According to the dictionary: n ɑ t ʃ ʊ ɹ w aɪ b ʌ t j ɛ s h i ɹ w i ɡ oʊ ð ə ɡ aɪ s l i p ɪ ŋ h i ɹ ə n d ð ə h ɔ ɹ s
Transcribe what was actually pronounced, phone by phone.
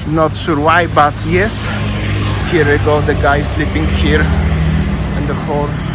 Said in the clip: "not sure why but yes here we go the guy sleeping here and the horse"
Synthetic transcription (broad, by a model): n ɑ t s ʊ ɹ w aɪ b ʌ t j ɛ s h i ɹ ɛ ɡ oʊ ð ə ɡ aɪ s l i p ɪ ŋ h i ɹ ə n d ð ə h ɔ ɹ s